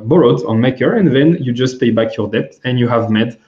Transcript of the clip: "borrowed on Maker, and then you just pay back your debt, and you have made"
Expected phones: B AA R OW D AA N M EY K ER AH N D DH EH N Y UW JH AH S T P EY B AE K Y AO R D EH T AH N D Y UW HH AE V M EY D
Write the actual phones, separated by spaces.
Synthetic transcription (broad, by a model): B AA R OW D AA N M EY K ER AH N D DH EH N Y UW JH AH S T P EY B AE K Y AO R D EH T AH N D Y UW HH AE V M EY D